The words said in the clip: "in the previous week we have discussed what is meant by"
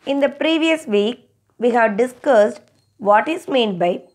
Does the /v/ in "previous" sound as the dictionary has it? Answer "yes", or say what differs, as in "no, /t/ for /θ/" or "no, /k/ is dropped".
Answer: yes